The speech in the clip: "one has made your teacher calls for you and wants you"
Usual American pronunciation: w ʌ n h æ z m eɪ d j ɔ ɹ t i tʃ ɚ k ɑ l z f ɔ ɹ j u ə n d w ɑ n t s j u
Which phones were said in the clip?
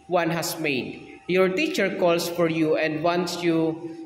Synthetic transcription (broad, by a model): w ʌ n h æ s m eɪ d j ɔ ɹ t i tʃ ɚ k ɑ l s f ɔ ɹ j u ə n d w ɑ n s j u